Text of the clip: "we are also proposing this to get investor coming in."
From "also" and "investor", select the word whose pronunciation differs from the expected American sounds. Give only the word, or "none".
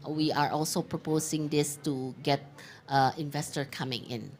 none